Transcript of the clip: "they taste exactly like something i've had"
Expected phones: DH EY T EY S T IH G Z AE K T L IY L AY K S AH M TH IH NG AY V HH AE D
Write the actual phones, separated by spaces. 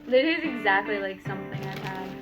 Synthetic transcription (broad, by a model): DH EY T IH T IH G Z AE K T L IY L AY K S AH M TH IH NG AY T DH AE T